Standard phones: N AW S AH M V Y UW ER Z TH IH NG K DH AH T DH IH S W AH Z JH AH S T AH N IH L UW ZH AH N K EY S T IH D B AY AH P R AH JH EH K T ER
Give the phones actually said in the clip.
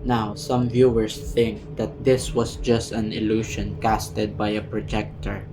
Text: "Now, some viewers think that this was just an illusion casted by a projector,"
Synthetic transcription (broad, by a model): N AW S AH M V Y UW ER S TH IH NG K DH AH T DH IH S W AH S JH AH S T AH N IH L UW SH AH N K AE S T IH D B AY AH P R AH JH EH K T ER